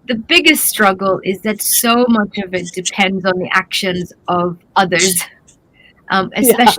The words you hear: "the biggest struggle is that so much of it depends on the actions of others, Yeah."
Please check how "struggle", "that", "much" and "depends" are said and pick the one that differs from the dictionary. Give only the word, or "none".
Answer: none